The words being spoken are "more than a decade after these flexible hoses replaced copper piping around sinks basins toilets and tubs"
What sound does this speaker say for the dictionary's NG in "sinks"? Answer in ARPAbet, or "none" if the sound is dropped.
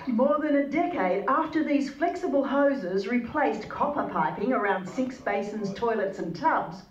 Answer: none